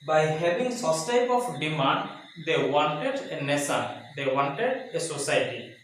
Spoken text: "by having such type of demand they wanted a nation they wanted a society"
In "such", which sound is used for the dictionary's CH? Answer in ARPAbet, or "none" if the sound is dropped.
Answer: S